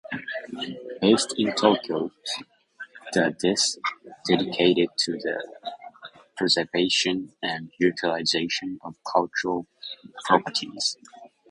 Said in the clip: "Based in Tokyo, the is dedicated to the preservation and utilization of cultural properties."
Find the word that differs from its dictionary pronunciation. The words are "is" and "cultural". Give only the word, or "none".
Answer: is